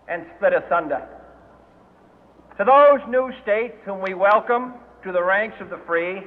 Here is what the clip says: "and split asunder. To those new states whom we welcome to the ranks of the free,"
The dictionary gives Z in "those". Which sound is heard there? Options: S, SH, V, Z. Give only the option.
Z